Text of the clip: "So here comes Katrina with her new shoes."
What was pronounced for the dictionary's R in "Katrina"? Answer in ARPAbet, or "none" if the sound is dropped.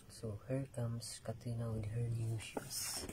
none